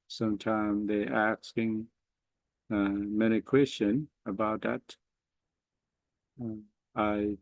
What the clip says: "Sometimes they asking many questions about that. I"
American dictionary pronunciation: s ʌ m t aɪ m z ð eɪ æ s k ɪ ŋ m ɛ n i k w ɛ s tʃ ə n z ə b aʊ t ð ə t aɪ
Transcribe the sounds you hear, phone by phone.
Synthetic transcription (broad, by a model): s ʌ m t aɪ m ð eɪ æ s k ɪ ŋ m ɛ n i k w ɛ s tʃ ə n ə b aʊ t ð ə t aɪ